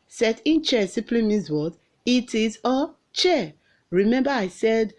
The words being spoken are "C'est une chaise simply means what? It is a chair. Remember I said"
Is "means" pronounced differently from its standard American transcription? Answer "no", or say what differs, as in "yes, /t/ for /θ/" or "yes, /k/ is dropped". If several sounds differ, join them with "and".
yes, /n/ is dropped